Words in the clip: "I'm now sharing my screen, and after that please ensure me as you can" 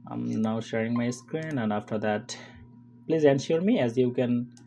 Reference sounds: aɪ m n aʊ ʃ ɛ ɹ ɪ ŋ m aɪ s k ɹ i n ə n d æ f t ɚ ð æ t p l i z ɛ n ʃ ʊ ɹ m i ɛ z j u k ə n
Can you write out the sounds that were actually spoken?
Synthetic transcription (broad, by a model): aɪ m n aʊ ʃ ɛ ɹ ɪ ŋ m aɪ s k ɹ i n ə n d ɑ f t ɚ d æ t p l i z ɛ n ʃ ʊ ɹ m i ɛ z j u k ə n